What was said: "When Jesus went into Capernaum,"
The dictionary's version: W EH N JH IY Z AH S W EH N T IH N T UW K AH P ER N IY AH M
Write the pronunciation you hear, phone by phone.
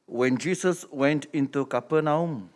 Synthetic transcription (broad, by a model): W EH N JH IY S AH S W EH N T IH N T UW K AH P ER N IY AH M